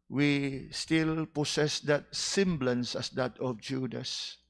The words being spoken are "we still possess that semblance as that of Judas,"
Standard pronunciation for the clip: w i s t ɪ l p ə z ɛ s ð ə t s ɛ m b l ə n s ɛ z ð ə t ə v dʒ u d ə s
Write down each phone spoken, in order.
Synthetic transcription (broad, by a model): w i s t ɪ l p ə s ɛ s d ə t s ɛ m b l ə n s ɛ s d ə t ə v dʒ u d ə s